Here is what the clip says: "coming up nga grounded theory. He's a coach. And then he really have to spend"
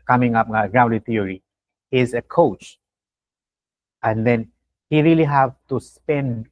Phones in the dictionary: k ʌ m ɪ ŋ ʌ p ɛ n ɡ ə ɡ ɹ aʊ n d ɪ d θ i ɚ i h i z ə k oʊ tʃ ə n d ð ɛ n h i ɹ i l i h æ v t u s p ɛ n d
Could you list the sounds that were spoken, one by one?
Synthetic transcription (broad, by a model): k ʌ m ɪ ŋ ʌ p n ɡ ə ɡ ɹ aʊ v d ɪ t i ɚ i h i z ə k oʊ tʃ ə n d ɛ n h i ɹ i l i h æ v t u s p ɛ n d